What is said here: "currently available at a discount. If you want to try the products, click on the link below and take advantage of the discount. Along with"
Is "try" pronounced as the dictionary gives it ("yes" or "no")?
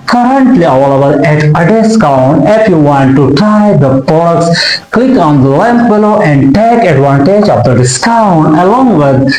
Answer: no